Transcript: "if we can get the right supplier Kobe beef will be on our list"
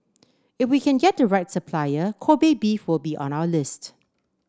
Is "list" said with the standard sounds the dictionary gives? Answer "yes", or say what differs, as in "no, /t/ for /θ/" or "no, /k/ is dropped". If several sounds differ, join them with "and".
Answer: yes